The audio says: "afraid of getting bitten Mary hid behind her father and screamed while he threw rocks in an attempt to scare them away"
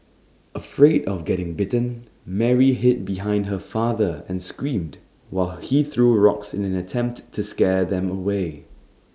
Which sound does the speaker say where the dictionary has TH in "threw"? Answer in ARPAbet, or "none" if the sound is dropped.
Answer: TH